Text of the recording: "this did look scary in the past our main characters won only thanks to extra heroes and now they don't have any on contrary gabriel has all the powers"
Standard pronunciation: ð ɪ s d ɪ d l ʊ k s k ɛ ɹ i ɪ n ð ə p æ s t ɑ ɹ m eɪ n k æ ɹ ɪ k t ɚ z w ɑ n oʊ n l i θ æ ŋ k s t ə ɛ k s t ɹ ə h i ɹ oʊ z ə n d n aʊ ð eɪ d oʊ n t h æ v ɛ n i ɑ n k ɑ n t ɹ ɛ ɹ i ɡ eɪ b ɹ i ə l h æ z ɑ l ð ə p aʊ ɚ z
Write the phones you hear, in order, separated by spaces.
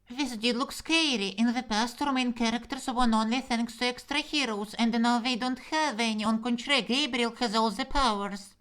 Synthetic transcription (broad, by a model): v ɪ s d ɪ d l ʊ k s k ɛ ɹ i ɪ n ð ə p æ s t ɑ ɹ m eɪ n k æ ɹ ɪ k t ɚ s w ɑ n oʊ n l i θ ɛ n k s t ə ɛ k s t ɹ ə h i ɹ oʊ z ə n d n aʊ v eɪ d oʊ n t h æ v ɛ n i ɑ n k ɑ n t ɹ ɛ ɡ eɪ b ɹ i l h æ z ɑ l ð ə p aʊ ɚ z